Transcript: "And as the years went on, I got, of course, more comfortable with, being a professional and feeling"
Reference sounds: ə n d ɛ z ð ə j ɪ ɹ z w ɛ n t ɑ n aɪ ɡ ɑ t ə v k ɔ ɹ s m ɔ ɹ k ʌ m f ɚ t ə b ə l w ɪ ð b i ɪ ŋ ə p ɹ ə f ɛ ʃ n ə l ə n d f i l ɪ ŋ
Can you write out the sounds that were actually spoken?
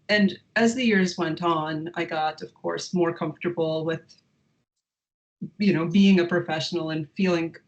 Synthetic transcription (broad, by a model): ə n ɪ z ð ə j ɪ ɹ z w ɛ n t n aɪ ɡ ɑ t ə v k ɔ ɹ s m ɔ ɹ k ʌ m f t ə b l w ɪ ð b i ɪ ŋ ə p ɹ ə f ɛ ʃ n l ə n f i l ɪ ŋ